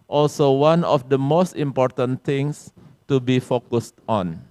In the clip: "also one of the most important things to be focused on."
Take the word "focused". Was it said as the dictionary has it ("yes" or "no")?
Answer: yes